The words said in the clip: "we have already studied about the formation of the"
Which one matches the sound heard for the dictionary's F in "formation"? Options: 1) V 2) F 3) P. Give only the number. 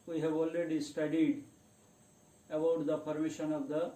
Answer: 3